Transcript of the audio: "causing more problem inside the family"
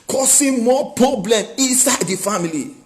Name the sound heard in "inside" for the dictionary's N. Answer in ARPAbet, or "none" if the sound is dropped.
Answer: N